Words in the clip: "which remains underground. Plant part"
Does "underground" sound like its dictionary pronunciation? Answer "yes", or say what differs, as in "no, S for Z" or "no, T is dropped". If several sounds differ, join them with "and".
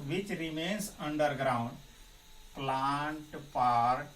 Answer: yes